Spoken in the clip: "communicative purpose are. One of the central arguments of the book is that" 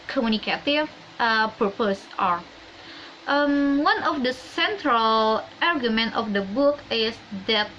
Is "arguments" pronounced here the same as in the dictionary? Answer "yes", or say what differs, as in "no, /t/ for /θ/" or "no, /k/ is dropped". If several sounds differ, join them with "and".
no, /s/ is dropped